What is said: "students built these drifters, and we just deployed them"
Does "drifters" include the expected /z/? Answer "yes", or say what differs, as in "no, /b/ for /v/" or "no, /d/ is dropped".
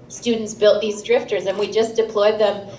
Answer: yes